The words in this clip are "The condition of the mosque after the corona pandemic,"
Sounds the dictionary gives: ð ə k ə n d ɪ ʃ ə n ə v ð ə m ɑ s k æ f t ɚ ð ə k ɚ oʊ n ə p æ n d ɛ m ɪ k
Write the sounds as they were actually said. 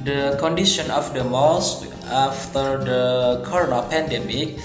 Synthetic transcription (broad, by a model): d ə k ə n d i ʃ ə n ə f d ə m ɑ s ɑ f t ɚ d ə k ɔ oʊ n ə p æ n d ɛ m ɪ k